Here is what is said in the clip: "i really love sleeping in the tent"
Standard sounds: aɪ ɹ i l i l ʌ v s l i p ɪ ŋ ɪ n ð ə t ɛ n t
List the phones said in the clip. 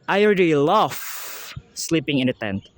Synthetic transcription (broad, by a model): aɪ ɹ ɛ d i l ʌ f s l i p ɪ ŋ ɪ n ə t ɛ n t